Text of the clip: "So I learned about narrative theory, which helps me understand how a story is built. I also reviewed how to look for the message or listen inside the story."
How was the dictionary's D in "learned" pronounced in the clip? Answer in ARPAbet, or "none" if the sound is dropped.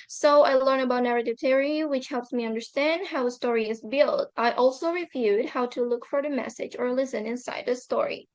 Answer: none